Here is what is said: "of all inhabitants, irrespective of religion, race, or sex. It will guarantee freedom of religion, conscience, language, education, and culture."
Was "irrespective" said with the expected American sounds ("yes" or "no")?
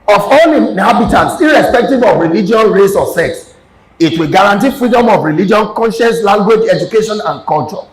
yes